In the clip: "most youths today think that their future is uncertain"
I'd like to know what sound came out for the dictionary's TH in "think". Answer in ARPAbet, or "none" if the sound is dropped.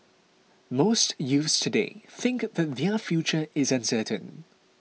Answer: TH